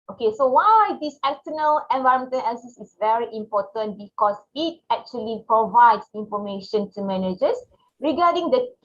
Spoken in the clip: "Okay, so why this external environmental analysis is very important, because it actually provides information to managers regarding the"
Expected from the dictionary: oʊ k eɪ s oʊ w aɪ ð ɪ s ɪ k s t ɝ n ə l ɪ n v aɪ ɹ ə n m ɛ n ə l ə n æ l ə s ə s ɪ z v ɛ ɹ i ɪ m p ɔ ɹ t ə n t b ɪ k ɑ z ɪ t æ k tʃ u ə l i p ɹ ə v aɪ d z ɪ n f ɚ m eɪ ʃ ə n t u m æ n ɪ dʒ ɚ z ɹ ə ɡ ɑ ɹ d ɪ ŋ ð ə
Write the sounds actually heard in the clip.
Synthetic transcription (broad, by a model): oʊ k eɪ s oʊ w aɪ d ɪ s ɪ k t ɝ n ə l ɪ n v aɪ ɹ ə m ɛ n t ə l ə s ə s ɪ s v ɛ ɹ i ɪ m p ɔ t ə n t b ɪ k ɑ s ɪ t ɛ k tʃ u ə l i p ɹ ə v aɪ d s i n f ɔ m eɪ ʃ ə n t u m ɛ n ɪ dʒ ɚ s ɹ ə ɡ ɑ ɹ d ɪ ŋ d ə